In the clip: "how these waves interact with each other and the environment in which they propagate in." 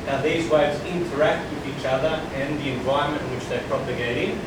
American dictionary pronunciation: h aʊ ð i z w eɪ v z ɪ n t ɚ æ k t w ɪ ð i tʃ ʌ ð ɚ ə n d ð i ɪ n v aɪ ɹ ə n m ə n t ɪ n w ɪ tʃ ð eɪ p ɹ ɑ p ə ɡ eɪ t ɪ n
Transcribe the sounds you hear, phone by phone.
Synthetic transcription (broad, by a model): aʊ ð i z w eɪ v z ɪ n t ɚ æ k t w ɪ ð i tʃ ʌ ð ɚ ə n ð i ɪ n v aɪ ɹ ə m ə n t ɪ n w ɪ tʃ ð eɪ p ɹ ɑ p ə ɡ eɪ t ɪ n